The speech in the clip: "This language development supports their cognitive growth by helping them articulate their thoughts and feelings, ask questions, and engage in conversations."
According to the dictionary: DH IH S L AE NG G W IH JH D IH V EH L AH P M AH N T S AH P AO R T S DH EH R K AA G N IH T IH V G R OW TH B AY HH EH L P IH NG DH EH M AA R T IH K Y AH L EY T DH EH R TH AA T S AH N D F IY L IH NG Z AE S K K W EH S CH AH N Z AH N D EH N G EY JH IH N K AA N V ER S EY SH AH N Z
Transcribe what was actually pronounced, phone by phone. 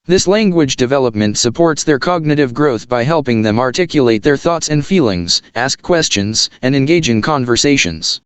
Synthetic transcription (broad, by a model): DH IH S L AE NG G W IH JH D IH V EH L AH P M AH N T S AH P AO R T S DH EH R K AA G N IH T IH V G R OW TH B AY HH EH L P IH NG DH EH M AA R T IH K Y AH L EY T DH EH R TH AA T S AH N D F IY L IH NG Z AE S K K W EH S CH AH N Z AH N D EH N G EY JH IH N K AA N V ER S EY SH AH N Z